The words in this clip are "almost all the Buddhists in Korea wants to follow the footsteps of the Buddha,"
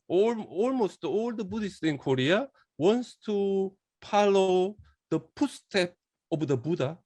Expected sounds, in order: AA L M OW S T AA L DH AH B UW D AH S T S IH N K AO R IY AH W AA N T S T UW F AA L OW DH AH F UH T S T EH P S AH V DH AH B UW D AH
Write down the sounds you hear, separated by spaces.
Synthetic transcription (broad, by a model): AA L M OW S T AA L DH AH B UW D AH S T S IH N K AO R IY AH W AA N S T UW P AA L OW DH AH P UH S T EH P AH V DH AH B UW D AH